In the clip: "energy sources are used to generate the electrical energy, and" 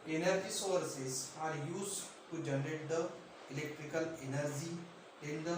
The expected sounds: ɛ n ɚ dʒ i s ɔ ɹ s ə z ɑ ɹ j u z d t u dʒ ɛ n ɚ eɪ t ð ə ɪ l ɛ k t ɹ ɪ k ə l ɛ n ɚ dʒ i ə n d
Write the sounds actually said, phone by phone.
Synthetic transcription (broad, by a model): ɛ n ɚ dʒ i s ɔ ɹ s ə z ɑ ɹ j u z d t u dʒ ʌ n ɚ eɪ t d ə ɪ l ɛ k t ɹ ɪ k ə l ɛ n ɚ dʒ i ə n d